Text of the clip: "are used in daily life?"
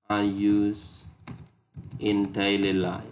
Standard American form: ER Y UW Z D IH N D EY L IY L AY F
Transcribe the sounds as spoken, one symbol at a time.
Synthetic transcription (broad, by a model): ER Y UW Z IH N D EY L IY L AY